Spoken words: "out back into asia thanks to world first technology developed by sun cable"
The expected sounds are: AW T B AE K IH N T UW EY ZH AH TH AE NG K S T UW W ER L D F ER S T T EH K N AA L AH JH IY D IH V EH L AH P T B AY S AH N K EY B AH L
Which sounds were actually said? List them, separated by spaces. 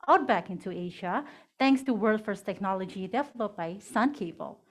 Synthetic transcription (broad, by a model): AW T B AE K IH N T UW EY ZH AH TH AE NG K S T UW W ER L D F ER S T T EH K N AA L AH JH IY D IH F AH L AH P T B AY S AH N K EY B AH L